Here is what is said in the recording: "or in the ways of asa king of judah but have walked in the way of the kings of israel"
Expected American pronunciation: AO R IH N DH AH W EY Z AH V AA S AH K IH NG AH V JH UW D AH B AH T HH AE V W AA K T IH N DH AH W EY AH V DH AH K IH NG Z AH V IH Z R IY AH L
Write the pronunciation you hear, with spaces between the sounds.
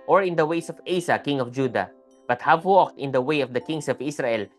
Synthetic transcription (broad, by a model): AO R IH N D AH W EY S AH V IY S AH K IH NG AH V JH UW D AH B AH T HH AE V W AA K T IH N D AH W EY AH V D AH K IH NG S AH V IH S R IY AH L